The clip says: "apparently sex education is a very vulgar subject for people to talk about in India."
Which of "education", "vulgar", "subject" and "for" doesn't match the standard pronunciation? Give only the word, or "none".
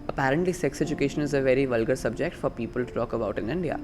none